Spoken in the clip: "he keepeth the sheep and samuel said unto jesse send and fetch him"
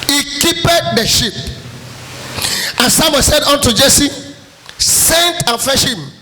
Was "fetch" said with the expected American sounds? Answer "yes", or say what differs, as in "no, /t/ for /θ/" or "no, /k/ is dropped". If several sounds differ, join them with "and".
no, /ʃ/ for /tʃ/